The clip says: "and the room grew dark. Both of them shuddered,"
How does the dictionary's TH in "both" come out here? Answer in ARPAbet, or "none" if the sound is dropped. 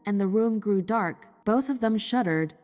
TH